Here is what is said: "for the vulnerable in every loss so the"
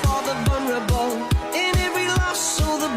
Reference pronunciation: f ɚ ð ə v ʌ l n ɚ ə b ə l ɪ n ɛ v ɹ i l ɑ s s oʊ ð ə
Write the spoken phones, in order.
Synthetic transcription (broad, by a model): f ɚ ð ə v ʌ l n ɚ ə b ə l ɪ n ɛ v ɹ i l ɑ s s oʊ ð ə